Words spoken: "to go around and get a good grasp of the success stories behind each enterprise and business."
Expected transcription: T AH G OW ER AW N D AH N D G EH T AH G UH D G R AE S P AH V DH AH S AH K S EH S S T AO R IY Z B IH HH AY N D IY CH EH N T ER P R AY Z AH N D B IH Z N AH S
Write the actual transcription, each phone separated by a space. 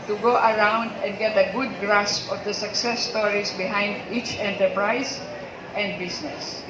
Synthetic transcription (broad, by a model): T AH G OW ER AW N D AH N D G EH T AH G UH D G R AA S P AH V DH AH S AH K S EH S S T AO R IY S B IH HH AY N D IY CH EH N T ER P R AY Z AH N D B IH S N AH S